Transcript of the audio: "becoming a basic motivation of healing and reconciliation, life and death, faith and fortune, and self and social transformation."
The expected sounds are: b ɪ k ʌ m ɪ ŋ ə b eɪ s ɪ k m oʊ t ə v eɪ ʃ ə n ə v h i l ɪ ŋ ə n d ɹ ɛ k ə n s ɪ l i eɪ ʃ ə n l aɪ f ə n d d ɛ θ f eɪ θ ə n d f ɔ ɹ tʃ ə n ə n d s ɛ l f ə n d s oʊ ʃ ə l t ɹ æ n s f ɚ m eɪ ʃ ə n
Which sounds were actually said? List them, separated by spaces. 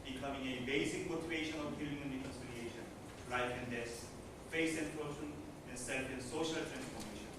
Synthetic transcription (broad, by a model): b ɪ k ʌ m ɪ ŋ ə b eɪ s ɪ k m oʊ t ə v eɪ ʃ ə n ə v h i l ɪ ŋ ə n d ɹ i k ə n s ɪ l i eɪ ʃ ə n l aɪ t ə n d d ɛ s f eɪ s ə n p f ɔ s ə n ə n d s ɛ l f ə n s oʊ ʃ ə l t ɹ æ n s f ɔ m eɪ ʃ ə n